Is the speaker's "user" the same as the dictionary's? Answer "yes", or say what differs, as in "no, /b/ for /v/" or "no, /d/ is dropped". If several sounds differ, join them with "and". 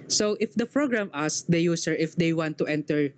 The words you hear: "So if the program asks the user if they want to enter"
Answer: no, /s/ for /z/